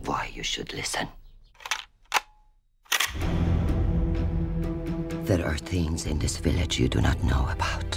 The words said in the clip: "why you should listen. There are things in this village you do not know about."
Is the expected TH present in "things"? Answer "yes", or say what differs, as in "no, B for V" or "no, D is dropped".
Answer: yes